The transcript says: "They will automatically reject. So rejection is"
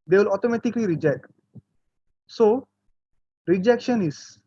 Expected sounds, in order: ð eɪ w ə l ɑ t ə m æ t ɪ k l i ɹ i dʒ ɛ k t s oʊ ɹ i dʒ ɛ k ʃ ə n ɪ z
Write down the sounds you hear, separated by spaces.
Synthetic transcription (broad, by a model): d eɪ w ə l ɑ t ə m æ t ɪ k l i ɹ i dʒ ɛ k t s oʊ ɹ i dʒ ɛ k ʃ ə n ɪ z